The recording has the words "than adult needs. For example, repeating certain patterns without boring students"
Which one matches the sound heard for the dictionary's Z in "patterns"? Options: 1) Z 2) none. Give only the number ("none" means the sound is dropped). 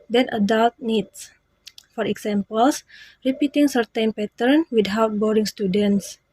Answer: 2